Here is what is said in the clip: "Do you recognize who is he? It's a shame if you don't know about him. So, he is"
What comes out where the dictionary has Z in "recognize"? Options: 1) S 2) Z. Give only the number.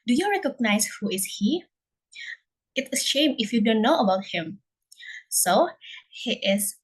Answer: 1